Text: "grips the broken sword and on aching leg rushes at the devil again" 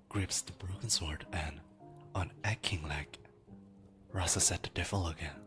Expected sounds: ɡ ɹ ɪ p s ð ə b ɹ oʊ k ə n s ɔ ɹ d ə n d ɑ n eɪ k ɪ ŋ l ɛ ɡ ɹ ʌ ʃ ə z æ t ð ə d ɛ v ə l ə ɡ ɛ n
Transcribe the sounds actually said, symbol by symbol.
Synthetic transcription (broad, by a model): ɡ ɹ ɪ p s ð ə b ɹ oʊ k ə n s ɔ ɹ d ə n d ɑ n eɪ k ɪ ŋ l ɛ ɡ ɹ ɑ s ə s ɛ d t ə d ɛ f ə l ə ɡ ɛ n